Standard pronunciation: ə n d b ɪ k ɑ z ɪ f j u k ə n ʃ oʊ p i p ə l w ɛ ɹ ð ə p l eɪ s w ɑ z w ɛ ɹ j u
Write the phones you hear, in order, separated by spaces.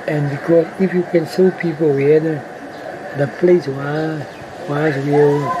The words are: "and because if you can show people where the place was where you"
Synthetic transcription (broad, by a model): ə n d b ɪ k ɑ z ɪ f j u k ə n s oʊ p i p ə l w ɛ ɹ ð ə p l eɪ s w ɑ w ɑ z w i